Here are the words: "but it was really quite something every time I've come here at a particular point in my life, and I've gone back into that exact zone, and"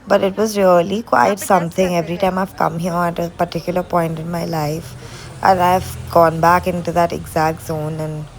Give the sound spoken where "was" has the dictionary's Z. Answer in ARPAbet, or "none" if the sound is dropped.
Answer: Z